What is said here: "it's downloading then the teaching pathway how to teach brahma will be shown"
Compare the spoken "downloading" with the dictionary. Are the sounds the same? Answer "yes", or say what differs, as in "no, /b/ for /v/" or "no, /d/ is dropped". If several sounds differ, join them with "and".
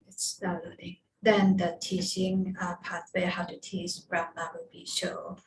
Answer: no, /n/ is dropped